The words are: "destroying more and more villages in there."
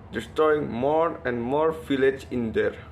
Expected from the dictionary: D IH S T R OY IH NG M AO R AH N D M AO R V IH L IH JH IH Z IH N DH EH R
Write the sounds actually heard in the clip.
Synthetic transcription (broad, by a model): D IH S T R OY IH NG M AO R AH N D M AO R F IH L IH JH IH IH N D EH R